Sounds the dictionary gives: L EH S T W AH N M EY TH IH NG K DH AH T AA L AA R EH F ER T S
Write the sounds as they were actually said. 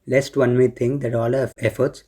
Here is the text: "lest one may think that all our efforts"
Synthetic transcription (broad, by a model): L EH S T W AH N M EY T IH NG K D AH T AA L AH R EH F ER T S